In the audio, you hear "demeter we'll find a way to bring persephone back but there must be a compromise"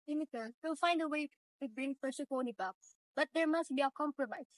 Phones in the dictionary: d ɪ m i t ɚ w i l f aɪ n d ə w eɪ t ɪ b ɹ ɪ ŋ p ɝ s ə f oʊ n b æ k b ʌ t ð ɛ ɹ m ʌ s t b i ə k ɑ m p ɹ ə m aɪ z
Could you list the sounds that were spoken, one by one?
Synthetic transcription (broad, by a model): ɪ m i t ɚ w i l f aɪ n d ə w eɪ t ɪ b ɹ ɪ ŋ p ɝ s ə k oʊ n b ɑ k b ʌ t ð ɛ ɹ m ʌ s t b i ə k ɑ m p ɹ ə m aɪ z